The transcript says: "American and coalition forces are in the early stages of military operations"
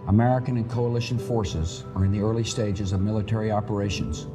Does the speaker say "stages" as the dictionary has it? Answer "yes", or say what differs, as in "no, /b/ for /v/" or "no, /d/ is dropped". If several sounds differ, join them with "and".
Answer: yes